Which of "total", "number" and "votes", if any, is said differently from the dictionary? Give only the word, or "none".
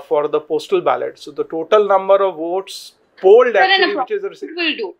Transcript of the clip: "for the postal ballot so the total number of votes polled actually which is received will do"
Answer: none